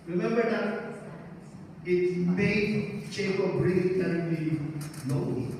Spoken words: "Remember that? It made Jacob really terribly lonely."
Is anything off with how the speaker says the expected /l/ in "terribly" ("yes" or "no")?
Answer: yes